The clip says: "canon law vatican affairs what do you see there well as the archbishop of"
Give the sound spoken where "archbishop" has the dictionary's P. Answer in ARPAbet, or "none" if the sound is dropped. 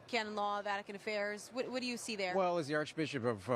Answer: P